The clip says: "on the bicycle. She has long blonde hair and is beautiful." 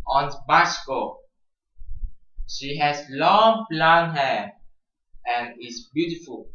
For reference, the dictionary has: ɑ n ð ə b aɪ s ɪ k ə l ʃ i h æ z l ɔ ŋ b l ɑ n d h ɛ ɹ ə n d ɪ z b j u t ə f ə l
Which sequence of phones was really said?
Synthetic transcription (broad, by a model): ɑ n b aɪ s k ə ʃ i h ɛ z l ɔ ŋ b l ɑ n h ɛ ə n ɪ s b j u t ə f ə l